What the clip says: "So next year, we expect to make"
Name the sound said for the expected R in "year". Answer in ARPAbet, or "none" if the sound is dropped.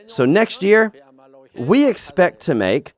R